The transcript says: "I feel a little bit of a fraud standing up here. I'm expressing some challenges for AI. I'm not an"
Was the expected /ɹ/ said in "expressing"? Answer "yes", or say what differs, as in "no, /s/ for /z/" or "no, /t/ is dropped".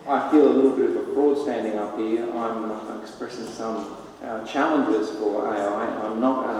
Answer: yes